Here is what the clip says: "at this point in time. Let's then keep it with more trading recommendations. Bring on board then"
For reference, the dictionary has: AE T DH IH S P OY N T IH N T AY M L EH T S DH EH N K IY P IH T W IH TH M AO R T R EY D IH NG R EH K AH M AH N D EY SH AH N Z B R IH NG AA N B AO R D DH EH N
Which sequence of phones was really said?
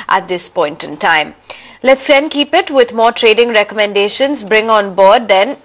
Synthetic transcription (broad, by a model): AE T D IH S P OY N T IH N T AY M L EH T S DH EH N K IY P IH T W IH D M AO R T R EY D IH NG R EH K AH M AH N D EY SH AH N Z B R IH NG AA N B AO R D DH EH N